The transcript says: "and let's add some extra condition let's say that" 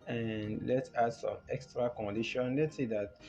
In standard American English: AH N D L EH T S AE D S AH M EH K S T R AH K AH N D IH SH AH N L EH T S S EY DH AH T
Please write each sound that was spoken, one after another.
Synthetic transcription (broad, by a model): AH N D L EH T AA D S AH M EH K S T R AH K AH N D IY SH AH N L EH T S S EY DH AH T